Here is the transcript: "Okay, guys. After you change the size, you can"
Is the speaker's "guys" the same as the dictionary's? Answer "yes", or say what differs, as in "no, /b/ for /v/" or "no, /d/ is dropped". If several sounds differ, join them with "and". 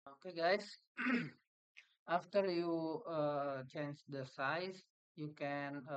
no, /s/ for /z/